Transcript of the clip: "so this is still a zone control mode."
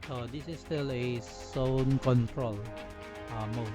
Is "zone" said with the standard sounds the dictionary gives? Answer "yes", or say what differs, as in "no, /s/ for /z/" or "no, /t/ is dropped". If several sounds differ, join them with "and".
no, /s/ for /z/